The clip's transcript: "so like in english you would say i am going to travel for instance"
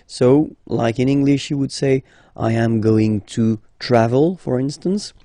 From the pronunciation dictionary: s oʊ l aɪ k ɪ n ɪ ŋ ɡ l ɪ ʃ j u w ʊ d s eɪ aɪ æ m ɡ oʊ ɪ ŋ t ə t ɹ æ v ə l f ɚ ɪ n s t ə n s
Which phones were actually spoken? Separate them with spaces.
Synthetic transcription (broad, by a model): s oʊ l aɪ k ɪ n ɪ ŋ ɡ l ɪ ʃ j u w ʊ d s eɪ aɪ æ m ɡ oʊ ɪ ŋ t ə t ɹ æ v ə l f ɚ ɪ n s t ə n s